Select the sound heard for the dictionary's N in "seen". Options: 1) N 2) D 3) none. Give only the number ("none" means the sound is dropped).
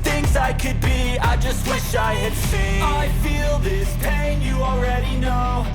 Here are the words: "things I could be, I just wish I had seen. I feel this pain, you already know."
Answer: 3